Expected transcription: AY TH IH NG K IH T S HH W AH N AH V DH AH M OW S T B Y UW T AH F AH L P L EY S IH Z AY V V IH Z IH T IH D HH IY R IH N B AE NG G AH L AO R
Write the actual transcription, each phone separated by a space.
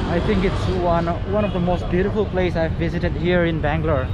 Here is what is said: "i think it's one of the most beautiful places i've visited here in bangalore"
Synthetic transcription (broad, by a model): AY T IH NG K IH T S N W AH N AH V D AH M OW S T B Y UW T AH F AH L P L EY IH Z AY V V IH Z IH T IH D HH IY R IH N B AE NG G L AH R